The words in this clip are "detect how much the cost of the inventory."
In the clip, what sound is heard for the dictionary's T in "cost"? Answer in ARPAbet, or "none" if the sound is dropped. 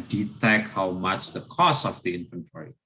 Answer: none